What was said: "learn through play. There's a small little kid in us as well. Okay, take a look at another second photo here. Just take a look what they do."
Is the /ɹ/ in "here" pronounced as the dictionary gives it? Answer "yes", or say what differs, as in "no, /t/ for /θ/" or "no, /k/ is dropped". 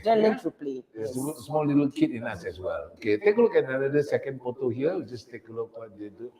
no, /w/ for /ɹ/